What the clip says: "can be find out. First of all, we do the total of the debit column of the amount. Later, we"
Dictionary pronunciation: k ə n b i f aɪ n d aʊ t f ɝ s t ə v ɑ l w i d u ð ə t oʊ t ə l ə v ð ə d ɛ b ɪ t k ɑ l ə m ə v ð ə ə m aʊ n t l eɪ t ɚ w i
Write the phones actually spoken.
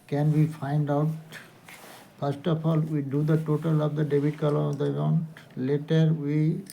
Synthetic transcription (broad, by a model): k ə n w i f aɪ n d aʊ t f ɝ s t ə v ɑ l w i d u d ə t oʊ t ə l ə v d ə d ɛ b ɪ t k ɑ l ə ə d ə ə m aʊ n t l eɪ t ɚ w i